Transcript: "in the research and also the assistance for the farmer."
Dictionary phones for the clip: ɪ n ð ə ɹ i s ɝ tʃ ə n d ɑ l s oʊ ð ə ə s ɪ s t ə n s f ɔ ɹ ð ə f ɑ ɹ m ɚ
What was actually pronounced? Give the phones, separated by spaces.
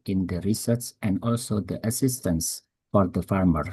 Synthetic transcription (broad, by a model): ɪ n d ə ɹ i s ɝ s ə n d ɑ l s oʊ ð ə ə s ɪ s t ə n s f ɔ ɹ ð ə f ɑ ɹ m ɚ